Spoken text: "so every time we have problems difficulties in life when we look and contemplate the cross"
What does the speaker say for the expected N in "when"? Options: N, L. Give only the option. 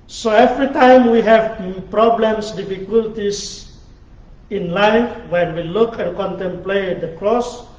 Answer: N